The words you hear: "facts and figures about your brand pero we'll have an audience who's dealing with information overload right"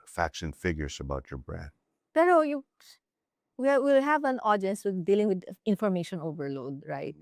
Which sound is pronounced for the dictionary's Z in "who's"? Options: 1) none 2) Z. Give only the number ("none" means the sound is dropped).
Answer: 1